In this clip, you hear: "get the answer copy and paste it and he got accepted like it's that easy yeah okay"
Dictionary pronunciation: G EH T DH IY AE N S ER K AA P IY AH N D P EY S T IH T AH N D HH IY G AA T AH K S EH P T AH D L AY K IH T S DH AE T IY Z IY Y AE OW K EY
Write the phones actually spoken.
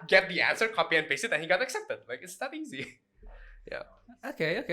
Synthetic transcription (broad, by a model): G EH T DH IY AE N S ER K AA P IY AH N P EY S IH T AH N HH IY G AA T AH K S EH P T AH D L AY K IH T S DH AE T IY Z IY Y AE OW K EY